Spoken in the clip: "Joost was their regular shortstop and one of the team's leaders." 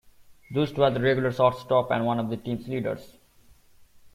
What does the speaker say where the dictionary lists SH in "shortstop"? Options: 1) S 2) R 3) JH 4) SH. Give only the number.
1